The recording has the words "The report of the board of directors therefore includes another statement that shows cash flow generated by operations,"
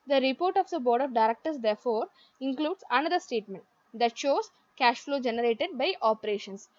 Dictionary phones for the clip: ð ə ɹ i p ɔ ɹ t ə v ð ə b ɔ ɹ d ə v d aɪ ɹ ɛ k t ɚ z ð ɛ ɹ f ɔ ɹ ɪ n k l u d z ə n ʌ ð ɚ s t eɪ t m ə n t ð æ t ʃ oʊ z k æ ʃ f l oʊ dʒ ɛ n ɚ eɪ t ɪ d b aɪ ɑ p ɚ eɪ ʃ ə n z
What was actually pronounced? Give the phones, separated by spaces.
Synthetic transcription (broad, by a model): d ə ɹ i p ɔ ɹ t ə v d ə b ɔ ɹ d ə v d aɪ ɹ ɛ k t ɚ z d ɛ ɹ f ɔ ɹ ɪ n k l u d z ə n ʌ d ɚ s t eɪ t m ə n t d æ t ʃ oʊ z k æ ʃ f l oʊ dʒ ɛ n ɚ eɪ t ɪ d b aɪ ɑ p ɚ eɪ ʃ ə n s